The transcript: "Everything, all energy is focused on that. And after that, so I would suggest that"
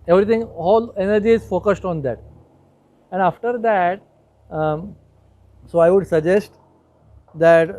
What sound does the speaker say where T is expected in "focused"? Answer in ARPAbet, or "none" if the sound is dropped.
T